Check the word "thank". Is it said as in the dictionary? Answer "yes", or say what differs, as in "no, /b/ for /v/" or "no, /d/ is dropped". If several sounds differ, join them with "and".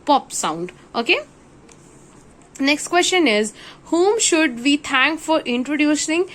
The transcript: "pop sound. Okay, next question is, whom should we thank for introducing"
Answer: no, /t/ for /θ/